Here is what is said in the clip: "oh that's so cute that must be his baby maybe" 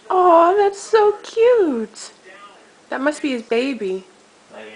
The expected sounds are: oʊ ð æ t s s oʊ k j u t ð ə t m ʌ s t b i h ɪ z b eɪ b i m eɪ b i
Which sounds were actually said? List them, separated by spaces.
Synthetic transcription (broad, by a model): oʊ ð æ t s s oʊ k j u t ð ə t m ʌ s t b i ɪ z b eɪ i b i